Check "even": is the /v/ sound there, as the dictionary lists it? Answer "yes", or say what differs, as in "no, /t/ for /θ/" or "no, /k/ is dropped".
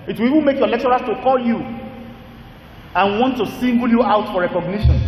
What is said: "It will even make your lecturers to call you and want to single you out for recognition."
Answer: no, /w/ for /v/